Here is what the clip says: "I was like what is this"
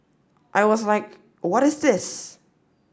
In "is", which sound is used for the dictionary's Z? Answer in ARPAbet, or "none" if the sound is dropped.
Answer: Z